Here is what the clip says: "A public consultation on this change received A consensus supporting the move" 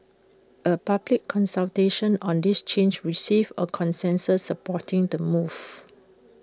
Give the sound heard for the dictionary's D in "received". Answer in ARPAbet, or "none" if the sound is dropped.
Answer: none